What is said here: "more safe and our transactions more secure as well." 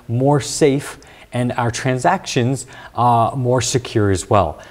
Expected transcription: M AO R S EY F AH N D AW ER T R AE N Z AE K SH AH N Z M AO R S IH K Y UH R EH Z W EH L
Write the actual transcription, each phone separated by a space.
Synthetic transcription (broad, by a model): M AO R S EY F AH N AW ER T R AE N Z AE K SH AH N Z M AO R S IH K Y UH R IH Z W EH L